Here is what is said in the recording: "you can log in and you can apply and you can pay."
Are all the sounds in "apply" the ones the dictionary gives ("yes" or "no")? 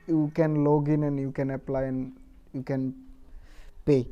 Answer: yes